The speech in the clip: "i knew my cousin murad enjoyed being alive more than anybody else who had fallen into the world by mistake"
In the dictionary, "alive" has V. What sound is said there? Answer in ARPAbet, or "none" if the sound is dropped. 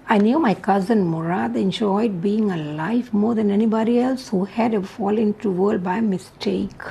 F